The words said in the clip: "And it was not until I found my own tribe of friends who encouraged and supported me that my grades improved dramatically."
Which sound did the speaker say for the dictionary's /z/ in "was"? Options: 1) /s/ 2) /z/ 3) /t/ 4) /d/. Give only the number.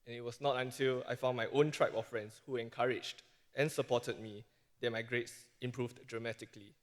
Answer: 1